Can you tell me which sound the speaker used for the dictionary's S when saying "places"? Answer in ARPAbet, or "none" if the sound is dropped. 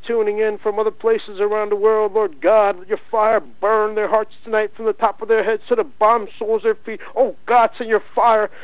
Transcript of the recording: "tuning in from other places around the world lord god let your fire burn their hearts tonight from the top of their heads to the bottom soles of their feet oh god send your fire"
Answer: S